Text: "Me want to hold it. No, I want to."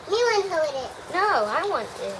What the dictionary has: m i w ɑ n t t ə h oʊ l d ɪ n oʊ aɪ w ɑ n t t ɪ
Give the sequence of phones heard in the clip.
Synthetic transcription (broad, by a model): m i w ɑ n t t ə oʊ d ɪ n oʊ aɪ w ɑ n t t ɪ